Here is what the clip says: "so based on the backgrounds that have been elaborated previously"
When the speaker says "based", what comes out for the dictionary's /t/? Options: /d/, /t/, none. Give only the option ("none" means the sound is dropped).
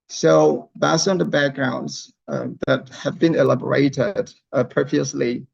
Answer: none